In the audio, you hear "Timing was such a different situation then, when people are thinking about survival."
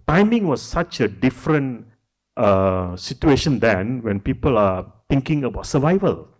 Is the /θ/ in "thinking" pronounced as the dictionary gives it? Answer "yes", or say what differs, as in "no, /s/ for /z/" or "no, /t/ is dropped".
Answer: no, /t/ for /θ/